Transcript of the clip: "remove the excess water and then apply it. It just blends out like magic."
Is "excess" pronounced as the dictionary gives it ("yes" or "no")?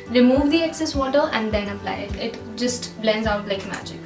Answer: yes